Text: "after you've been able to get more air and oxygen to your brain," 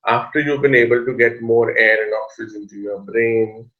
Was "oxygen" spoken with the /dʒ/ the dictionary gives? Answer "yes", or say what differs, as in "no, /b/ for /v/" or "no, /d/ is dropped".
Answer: no, /z/ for /dʒ/